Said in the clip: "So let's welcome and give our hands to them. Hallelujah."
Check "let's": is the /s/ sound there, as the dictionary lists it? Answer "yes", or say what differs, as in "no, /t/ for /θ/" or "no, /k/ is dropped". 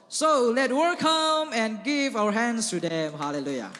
no, /s/ is dropped